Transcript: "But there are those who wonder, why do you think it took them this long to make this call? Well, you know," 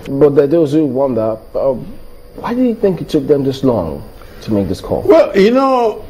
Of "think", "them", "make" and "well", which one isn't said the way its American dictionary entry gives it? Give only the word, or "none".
none